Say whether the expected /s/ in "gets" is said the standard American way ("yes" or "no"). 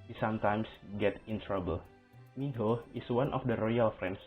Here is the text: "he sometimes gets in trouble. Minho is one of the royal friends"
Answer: no